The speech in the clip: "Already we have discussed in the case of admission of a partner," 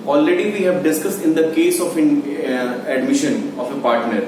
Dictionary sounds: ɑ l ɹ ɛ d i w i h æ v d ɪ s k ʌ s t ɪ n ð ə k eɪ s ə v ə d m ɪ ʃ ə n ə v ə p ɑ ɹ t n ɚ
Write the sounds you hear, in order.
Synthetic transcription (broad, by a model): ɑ l ɹ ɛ d i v i h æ v d ɪ s k ʌ s t ɪ n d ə k eɪ s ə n ə d m ɪ ʃ ə n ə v ə p ɑ ɹ t n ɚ